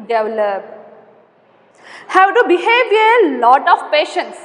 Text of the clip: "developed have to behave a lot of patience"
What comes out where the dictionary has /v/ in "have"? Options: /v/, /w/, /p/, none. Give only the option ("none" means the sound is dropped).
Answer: /w/